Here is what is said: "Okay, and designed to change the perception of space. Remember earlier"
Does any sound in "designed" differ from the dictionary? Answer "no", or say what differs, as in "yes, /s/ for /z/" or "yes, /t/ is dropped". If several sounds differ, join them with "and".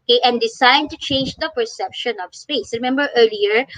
yes, /s/ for /z/